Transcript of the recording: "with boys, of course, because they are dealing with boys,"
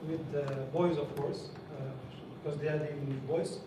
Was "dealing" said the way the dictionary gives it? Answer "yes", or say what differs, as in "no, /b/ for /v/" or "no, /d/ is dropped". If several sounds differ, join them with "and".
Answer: no, /n/ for /l/